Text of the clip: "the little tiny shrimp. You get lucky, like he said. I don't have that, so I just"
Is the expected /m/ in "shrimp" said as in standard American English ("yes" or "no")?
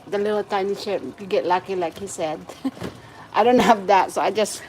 no